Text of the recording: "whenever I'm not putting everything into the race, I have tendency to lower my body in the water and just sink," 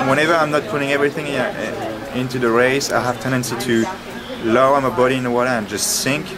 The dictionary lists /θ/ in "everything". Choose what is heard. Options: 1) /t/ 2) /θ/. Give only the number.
2